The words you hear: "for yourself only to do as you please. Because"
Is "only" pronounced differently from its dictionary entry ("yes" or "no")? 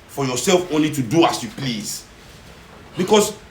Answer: no